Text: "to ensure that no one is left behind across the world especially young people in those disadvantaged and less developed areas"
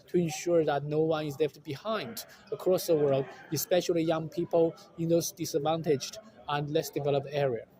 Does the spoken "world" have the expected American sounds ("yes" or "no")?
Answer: yes